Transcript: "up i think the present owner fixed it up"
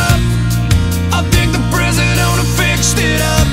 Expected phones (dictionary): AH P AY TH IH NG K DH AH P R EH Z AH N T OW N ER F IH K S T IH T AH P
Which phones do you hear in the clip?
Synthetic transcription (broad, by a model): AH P AY TH IH NG K DH AH P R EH Z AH T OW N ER F IH K S T IH T AH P